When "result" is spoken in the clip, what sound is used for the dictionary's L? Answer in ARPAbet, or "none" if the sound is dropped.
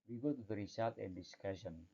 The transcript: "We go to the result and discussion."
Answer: none